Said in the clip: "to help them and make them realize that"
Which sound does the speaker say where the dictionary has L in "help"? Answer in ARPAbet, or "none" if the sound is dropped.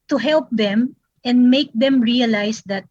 L